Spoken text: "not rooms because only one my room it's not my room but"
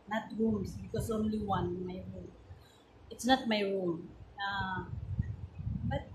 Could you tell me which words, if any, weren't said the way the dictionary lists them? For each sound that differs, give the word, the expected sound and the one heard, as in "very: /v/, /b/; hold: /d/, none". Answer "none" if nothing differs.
rooms: /z/, /s/; because: /z/, /s/